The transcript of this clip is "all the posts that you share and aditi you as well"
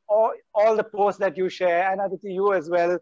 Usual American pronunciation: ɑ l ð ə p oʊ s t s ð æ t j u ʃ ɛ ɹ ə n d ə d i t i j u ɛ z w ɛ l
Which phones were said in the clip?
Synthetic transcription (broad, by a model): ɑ l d ə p oʊ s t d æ t j u ʃ ɛ ɹ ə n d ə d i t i j u ɛ z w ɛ l